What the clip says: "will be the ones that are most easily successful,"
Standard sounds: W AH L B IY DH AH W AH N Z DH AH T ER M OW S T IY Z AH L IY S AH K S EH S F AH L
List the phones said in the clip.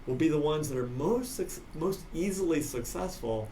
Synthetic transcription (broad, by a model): W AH L B IY DH AH W AH N Z DH AH T ER M OW S T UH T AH L IY S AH K S EH S F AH L